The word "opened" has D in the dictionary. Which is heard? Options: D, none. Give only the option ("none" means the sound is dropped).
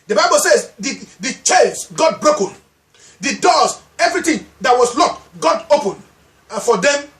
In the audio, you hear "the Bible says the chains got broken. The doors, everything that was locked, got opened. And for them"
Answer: none